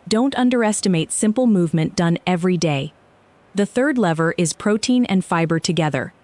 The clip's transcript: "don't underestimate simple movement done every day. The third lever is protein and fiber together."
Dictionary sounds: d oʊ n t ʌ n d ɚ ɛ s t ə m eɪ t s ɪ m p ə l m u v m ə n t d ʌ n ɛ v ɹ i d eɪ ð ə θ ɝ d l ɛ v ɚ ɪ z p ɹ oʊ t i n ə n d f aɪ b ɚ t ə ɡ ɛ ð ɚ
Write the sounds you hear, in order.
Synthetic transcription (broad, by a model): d oʊ n t ʌ n d ɚ ɛ s t ə m eɪ t s ɪ m p l m u v m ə n d ʌ n ɛ v ɹ i d eɪ ð ə θ ɝ d l ɛ v ɚ ɪ z p ɹ oʊ t i n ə n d f aɪ b ɚ t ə ɡ ɛ ð ɚ